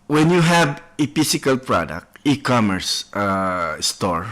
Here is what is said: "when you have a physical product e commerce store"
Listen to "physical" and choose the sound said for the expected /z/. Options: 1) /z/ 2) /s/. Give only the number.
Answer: 2